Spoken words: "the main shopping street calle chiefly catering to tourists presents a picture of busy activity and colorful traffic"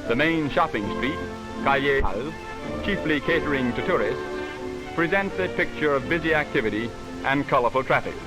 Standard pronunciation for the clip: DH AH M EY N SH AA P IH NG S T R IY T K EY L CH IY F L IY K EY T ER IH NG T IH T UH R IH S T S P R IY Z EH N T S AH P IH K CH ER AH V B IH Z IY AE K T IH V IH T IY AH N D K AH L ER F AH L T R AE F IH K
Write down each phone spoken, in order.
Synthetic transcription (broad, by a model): DH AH M EY N SH AA P IH NG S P IY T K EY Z CH IY F L IY K EY T ER IH NG T IH T UH R IH S T S P R IY Z EH N T S AH P IH K CH ER AH V B IH Z IY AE K T IH V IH T IY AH N K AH L ER F L T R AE F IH K